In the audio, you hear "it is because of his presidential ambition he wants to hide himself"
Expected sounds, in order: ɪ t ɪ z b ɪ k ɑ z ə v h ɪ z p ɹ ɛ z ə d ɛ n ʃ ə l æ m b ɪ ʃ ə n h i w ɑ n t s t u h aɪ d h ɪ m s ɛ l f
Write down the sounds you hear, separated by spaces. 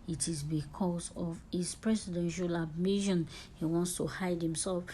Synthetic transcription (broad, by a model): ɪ t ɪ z b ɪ k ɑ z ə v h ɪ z p ɹ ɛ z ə d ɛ n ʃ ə l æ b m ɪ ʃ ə n h i w ɑ n t s t u h aɪ d h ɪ m s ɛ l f